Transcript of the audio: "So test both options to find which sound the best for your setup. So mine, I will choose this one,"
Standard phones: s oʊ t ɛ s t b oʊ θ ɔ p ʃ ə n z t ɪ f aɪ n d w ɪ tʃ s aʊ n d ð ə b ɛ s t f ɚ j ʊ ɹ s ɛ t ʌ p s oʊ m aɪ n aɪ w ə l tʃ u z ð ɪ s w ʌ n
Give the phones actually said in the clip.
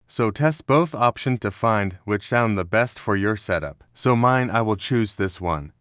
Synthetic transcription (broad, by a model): s oʊ t ɛ s t b oʊ θ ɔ p ʃ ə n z t ɪ f aɪ n d w ɪ tʃ s aʊ n ð ə b ɛ s t f ɚ j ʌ ɹ s ɛ t ʌ p s oʊ m aɪ n aɪ w ə l tʃ u z ð ɪ s w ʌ n